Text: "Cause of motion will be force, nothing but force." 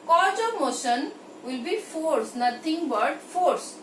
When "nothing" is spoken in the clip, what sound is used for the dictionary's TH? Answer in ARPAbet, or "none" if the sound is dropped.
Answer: T